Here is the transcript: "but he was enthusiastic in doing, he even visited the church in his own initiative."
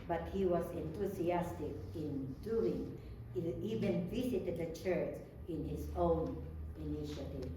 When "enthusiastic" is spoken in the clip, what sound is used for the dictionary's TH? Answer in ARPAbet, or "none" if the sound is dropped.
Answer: T